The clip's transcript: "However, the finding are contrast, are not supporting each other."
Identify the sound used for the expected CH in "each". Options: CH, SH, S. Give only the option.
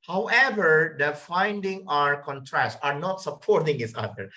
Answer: S